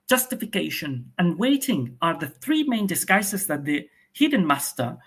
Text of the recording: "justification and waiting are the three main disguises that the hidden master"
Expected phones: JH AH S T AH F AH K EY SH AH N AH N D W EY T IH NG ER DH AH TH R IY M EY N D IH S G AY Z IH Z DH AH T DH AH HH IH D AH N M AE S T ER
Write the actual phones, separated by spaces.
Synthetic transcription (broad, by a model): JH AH S T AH F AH K EY SH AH N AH N W EY T IH NG ER DH AH TH R IY M EY N D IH S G AY S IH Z DH AH T DH AH HH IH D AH N M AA S T ER